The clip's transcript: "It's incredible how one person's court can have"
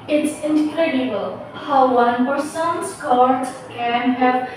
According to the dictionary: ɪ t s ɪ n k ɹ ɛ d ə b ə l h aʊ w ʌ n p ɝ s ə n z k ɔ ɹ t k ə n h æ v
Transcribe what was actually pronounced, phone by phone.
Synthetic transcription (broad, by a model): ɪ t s ɪ n k ɹ ɛ d ə b ə l h aʊ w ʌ n f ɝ s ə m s k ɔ ɹ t k ə n h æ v